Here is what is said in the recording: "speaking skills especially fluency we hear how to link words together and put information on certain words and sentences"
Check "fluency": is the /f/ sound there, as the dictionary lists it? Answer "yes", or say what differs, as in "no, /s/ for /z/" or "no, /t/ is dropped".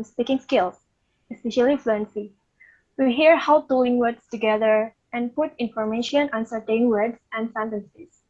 yes